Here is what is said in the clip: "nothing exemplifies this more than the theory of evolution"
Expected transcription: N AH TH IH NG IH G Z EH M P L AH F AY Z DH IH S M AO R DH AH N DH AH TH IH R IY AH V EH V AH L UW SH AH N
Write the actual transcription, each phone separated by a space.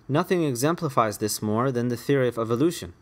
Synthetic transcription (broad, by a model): N AH TH IH NG IH G Z EH M P L AH F AY Z DH IH S M AO R DH AH N DH AH TH IH R IY AH V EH V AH L UW SH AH N